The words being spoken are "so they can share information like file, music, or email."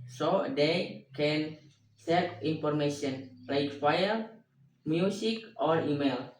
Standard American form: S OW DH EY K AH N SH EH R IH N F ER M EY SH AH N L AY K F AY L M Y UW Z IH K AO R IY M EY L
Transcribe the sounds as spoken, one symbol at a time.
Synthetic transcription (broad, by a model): S OW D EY K AH N S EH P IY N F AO M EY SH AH N L AY K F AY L M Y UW S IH K AO R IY M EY L